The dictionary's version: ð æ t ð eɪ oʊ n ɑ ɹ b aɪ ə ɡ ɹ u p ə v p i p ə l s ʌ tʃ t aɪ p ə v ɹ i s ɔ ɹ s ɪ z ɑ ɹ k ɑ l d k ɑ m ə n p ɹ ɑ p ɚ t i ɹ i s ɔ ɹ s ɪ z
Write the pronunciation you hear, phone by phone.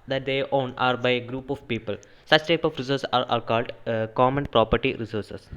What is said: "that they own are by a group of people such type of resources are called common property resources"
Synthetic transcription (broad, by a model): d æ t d eɪ oʊ n ɑ ɹ b aɪ ə ɡ ɹ u p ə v p i p ə l s ʌ tʃ t aɪ p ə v ɹ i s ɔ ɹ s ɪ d ɑ ɹ k ɑ l d k ɑ m ə n p ɹ ɑ p ɚ t i ɹ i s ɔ ɹ s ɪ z